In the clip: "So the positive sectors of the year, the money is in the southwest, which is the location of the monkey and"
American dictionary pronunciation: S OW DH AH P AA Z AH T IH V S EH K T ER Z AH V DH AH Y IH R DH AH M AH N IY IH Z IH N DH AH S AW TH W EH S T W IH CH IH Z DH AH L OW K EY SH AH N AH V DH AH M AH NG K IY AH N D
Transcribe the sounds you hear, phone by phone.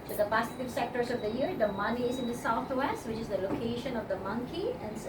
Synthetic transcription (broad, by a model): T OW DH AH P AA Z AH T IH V S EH K T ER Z AH V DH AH Y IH R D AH M AH N IY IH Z IH N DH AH S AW T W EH S T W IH CH IH Z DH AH L OW K EY SH AH N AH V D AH M AH NG K IY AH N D